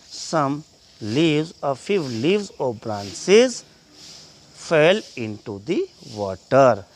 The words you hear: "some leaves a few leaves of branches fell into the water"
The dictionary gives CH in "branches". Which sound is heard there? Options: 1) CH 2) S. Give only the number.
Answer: 2